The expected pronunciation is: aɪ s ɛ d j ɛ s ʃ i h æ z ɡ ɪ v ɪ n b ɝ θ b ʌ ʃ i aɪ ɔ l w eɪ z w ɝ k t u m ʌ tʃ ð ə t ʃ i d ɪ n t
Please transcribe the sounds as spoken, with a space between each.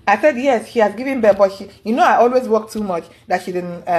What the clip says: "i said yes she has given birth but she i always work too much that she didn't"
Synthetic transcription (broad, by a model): aɪ s ɛ d j ɛ s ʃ i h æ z ɡ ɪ v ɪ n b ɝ b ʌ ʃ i aɪ ɔ l w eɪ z w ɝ k t u m ʌ tʃ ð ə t ʃ i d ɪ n